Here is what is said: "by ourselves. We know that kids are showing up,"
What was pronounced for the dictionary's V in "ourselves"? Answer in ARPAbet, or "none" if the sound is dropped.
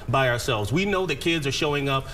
V